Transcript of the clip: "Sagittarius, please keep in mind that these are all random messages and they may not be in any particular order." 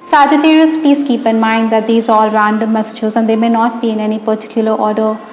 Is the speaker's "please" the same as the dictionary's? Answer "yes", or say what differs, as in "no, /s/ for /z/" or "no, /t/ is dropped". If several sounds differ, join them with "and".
no, /l/ is dropped and /s/ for /z/